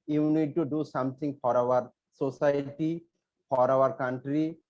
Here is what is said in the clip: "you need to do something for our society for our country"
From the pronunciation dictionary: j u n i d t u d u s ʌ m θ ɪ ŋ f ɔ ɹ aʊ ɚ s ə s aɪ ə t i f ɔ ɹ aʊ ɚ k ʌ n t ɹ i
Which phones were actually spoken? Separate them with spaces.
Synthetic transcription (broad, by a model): j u n i d t u d u s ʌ m t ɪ ŋ f ɔ ɹ aʊ ɚ s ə s aɪ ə t i f ɔ ɹ aʊ ɚ k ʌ n t ɹ i